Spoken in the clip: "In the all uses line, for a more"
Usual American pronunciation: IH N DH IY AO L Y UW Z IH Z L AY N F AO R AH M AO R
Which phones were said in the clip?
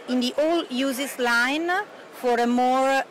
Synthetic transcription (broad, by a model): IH N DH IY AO L Y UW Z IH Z L AY N F AO R AH M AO R